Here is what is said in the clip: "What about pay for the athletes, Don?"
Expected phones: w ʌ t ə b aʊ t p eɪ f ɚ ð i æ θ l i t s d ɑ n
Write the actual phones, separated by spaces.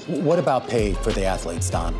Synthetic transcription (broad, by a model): w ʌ t ə b aʊ t p eɪ f ɚ ð i æ θ l i t s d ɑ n